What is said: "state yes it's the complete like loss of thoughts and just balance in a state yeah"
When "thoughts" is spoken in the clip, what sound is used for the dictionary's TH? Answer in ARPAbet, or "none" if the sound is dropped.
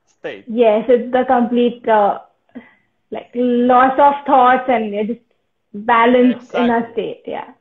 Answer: T